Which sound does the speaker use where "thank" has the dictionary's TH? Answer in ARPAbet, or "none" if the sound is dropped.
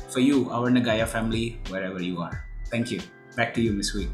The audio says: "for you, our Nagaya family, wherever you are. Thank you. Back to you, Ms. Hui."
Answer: T